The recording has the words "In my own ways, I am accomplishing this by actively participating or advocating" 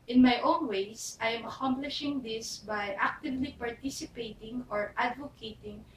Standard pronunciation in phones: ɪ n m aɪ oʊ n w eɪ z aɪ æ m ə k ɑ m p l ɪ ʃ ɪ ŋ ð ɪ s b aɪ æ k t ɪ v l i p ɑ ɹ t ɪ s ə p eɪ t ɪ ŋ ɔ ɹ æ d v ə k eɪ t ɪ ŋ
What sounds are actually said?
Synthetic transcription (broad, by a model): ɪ n m aɪ oʊ n w eɪ s aɪ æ m ə k ɑ m p l ɪ ʃ ɪ ŋ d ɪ s b aɪ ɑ k t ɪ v l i p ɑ ɹ t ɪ s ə p eɪ t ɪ ŋ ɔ ɹ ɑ d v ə k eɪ t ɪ ŋ